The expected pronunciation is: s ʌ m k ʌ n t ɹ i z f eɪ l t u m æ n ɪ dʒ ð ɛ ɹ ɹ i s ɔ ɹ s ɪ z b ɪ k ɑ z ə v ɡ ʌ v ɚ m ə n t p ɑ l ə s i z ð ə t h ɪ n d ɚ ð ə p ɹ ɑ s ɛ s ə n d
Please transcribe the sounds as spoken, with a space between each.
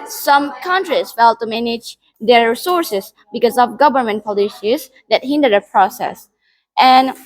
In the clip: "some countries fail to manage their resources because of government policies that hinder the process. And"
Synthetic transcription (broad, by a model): s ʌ m k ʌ n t ɹ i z f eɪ l t u m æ n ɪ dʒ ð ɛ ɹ ɹ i s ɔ ɹ s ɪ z b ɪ k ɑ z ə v ɡ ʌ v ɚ m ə n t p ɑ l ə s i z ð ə t h ɪ n d ɚ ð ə p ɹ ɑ s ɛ s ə n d